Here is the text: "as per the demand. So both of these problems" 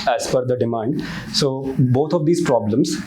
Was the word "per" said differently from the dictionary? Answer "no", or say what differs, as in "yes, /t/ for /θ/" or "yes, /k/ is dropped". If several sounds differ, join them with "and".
yes, /f/ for /p/